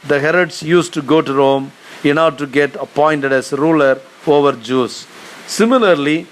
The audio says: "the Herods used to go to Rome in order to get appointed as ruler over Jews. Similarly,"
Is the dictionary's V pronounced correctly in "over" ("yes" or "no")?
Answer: yes